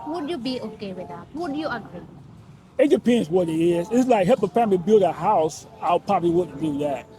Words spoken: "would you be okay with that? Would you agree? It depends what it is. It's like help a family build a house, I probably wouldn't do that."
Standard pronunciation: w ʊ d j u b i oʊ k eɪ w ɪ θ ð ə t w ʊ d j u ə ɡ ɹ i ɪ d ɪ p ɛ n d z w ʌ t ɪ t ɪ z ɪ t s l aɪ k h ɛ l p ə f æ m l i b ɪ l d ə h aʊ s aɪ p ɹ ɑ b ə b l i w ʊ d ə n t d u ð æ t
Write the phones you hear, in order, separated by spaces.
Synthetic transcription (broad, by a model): w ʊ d j u b i oʊ k eɪ w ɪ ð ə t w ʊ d j u ə ɡ ɹ i ɪ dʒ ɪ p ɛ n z w ʌ t ɪ t ɪ z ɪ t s l aɪ k h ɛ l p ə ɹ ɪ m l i b ɪ l d ə h aʊ s aɪ p ɹ ɑ b ə b l i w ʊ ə t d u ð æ t